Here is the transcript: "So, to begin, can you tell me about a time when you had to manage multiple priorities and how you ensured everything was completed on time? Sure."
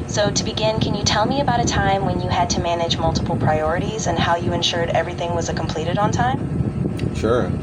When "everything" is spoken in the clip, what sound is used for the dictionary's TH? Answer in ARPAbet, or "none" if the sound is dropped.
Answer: TH